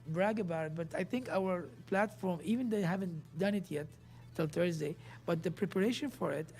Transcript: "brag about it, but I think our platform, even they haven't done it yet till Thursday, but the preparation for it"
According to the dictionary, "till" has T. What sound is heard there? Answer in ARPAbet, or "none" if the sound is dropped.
T